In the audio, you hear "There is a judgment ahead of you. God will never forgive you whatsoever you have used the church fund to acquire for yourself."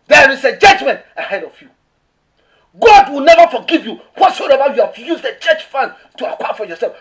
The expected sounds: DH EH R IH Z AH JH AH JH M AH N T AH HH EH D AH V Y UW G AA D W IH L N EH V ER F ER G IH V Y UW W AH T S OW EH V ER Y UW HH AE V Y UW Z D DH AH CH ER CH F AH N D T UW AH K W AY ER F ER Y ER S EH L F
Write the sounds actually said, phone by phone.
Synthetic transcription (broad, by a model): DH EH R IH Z AH JH AH JH M AH N T AH HH EH D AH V Y UW G AA D W IH L N EH V ER F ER G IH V Y UW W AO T S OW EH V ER Y UW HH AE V Y UW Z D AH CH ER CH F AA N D T UW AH K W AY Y F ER Y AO S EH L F